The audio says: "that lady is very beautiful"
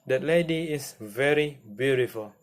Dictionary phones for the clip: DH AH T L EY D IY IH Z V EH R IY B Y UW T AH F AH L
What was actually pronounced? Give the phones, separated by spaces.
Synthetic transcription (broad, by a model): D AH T L EY D IY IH S V EH R IY B Y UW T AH F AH L